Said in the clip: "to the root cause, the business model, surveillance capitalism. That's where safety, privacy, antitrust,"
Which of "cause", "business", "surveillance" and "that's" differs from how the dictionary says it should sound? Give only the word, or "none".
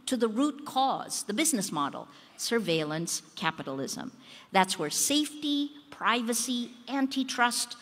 none